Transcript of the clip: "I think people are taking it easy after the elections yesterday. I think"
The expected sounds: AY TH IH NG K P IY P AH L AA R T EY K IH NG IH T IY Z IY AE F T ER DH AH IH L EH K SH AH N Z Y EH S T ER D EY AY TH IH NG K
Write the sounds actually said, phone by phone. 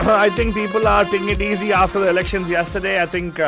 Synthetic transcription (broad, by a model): AY T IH NG K P IY P AH L AA R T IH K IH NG IH T IY Z IY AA F T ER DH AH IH L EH K SH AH N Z Y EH S T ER D EY AY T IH NG K